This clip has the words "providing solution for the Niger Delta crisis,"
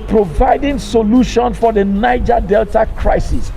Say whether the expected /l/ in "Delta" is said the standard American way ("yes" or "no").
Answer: yes